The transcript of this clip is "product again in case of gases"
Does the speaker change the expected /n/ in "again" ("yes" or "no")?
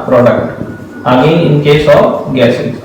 yes